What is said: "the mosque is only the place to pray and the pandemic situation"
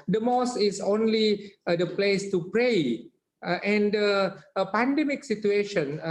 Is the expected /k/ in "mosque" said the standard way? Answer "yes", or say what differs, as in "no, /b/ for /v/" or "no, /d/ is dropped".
no, /k/ is dropped